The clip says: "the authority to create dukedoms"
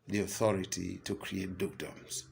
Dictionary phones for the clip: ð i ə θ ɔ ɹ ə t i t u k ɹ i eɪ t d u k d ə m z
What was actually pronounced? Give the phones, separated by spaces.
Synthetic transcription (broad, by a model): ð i ə θ ɔ ɹ ə t i t u k ɹ i eɪ t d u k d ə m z